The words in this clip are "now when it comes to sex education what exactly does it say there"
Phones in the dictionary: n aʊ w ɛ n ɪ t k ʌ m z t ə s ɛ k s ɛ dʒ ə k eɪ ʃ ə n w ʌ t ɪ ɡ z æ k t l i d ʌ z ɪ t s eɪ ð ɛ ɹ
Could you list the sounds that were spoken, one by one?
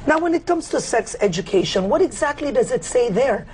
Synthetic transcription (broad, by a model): n aʊ w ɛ n ɪ t k ʌ m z t ə s ɛ k s ɛ dʒ ə k eɪ ʃ ə n w ʌ t ɪ ɡ z æ k t l i d ʌ z ɪ t s eɪ ð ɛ ɹ